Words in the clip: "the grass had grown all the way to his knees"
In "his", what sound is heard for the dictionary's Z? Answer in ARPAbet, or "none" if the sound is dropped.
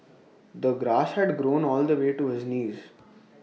Z